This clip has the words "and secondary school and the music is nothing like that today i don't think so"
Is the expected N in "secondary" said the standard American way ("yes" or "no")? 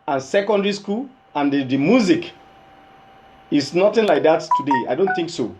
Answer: yes